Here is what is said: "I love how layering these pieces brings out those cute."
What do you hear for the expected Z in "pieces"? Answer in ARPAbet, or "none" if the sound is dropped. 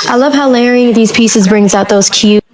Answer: Z